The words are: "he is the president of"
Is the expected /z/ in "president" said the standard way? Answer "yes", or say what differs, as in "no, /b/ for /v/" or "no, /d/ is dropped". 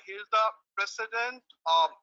no, /s/ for /z/